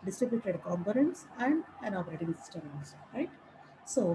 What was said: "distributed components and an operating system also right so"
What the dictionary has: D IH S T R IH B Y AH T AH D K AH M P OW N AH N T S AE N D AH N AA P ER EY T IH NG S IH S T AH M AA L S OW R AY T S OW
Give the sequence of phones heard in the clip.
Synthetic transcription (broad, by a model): D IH S T R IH B Y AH T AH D K AH M P OW N AH N T S AE N D AH N AA P ER EY T IH NG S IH S T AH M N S R AY T S OW